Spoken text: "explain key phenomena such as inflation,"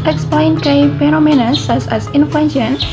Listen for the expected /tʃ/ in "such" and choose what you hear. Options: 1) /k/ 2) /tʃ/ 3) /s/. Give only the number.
3